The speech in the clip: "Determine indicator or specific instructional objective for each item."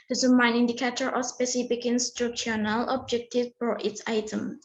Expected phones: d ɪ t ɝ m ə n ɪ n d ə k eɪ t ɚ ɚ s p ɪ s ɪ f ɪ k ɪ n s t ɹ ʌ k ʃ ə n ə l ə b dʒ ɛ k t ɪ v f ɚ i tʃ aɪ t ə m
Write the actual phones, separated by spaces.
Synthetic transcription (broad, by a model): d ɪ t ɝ m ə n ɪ n d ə k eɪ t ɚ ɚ s p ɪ s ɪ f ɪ k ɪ n s t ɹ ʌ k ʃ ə n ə l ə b dʒ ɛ k t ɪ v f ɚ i s aɪ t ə m